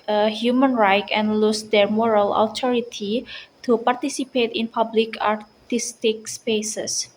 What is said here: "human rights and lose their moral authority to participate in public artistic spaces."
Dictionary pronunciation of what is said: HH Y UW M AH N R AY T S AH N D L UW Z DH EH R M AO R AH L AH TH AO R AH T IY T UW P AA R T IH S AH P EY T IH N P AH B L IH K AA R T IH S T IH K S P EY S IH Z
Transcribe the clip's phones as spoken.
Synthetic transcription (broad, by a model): HH Y UW M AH N R AY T AH N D L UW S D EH R M AO R AH L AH T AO R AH T IY T UW P AA R T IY S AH P EY T IH N P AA B L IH K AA R T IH S T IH K S P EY S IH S